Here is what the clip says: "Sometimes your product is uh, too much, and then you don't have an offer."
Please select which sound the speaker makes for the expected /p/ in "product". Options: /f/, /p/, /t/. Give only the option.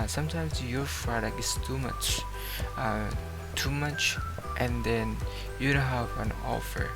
/f/